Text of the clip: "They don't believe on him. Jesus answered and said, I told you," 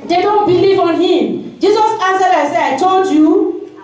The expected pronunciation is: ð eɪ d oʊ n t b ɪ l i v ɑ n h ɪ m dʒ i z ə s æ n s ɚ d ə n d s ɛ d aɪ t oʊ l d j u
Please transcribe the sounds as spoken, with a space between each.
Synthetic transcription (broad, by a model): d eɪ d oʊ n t b ɪ l i v ɑ n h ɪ m dʒ i z ə s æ n s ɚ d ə s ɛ aɪ t oʊ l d j u